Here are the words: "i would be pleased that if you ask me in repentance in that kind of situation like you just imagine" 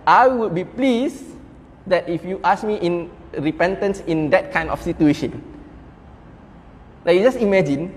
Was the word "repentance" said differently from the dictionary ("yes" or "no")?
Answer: no